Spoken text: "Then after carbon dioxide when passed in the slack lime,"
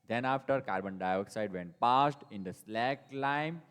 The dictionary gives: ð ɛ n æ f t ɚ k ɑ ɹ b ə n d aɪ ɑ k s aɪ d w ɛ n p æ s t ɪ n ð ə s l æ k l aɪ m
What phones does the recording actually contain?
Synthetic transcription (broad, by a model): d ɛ n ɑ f t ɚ k ɑ ɹ b ə n d aɪ ɑ k s aɪ d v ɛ n p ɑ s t ɪ n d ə s l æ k l aɪ m